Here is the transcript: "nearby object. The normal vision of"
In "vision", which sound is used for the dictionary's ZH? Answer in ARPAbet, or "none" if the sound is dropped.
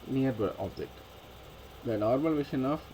SH